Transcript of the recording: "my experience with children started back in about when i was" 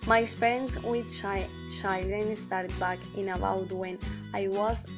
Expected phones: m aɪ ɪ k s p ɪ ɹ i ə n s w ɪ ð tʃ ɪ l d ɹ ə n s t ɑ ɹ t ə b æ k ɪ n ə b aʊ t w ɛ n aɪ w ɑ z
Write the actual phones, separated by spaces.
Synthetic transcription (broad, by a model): m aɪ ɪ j s p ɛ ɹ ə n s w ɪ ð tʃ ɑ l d ə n s t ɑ ɹ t b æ k ɪ n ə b aʊ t w ɛ n aɪ w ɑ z